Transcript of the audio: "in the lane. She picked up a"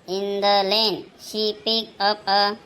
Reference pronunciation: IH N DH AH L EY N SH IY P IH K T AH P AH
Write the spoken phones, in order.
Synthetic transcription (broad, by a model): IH N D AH L EY N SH IY P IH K AH P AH